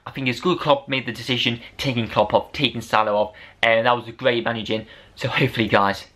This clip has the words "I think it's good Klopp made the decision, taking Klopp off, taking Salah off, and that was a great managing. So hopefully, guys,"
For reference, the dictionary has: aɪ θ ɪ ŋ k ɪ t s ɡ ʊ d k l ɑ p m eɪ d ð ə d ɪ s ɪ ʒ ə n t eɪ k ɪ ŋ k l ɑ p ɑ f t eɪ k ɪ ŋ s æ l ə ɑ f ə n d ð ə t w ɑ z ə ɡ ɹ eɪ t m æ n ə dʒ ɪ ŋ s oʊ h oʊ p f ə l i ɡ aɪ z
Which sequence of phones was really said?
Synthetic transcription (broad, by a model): aɪ θ ɪ ŋ k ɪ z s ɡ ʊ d k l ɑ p m eɪ d ð ə d ɪ s ɪ ʒ ə n t eɪ k ɪ ŋ k l ɑ p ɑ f t eɪ k ɪ ŋ s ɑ l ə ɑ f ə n ð ə t w ɑ z ə ɡ ɹ eɪ t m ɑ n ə dʒ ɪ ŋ s oʊ h oʊ p f ə l i ɡ aɪ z